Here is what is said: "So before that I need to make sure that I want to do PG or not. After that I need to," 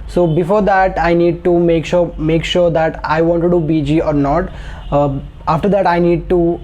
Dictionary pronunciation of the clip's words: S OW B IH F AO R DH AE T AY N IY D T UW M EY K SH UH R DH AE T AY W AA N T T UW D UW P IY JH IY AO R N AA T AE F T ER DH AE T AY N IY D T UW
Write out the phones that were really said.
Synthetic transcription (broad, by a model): S OW B IH F AO R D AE T AY N IY D T UW M EY K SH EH R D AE T AY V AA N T T UW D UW B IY JH IY AO R N AA T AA F T ER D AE T AY N IY D T UW